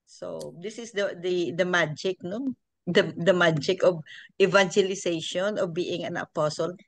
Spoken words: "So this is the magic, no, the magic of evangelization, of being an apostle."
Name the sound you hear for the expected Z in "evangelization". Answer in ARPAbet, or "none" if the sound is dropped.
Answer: S